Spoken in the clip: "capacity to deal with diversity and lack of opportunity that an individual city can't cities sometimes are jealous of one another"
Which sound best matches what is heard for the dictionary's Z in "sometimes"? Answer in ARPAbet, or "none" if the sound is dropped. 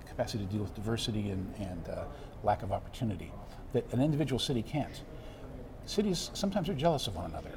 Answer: Z